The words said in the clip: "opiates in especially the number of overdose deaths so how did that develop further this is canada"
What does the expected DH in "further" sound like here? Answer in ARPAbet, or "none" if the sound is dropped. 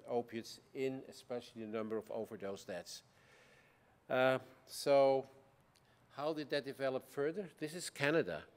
DH